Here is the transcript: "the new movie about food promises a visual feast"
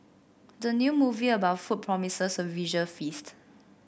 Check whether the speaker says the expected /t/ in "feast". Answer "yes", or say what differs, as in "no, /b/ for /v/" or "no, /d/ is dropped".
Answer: yes